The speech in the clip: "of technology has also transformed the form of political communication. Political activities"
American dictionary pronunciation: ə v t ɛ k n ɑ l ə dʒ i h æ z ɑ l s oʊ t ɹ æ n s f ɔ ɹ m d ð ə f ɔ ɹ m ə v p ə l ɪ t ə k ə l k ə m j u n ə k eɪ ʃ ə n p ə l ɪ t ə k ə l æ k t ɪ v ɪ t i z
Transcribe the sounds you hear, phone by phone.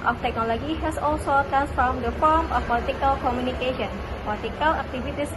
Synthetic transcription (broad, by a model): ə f t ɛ k n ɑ l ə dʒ i h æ s ɑ l s oʊ t ɹ æ n s f ɔ ɹ m d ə f ɔ ɹ m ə f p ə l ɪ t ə k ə l k ə m j u n ə k eɪ ʃ ə n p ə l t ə k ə l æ k t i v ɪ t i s